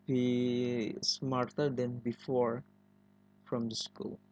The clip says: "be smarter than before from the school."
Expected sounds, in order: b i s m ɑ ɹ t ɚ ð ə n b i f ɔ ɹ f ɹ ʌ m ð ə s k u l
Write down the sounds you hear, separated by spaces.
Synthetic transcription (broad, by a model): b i s m ɑ ɹ t ɚ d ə n b i f ɔ ɹ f ɹ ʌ m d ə s k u l